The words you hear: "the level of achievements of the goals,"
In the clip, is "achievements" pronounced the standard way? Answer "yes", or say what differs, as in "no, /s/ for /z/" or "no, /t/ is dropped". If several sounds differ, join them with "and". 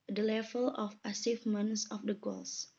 no, /s/ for /tʃ/